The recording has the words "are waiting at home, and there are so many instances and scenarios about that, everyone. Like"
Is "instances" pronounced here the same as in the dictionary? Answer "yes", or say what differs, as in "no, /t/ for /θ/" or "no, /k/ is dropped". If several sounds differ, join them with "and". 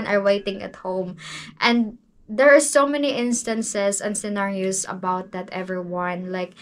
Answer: no, /s/ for /z/